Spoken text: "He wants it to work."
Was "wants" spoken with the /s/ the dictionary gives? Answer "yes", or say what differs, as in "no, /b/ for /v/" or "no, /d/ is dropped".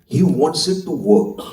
yes